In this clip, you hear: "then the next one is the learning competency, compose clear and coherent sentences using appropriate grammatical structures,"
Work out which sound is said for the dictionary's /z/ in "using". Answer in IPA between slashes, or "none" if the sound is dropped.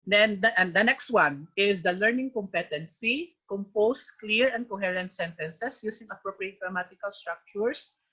/s/